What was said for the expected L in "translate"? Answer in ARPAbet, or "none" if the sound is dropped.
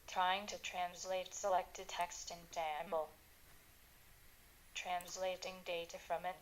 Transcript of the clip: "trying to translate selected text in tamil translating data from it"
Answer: L